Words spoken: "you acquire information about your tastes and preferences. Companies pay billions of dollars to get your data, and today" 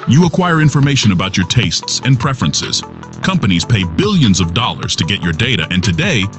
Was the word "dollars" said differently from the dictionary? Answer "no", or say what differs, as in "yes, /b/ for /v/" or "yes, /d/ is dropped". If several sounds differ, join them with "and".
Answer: no